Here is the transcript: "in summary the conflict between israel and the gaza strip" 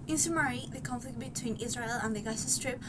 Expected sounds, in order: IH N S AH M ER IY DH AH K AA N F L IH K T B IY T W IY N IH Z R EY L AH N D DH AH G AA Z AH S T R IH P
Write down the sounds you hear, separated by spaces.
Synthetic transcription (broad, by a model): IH N S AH M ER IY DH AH K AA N F L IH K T B IY T W IY N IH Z R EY L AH N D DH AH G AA S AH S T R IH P